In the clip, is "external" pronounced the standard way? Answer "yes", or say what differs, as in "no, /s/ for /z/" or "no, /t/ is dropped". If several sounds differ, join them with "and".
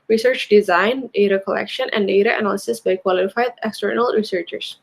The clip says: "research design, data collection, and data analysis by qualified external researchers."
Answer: yes